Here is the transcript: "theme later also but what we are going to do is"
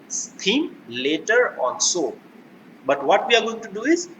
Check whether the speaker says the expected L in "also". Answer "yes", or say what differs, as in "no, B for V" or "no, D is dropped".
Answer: no, N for L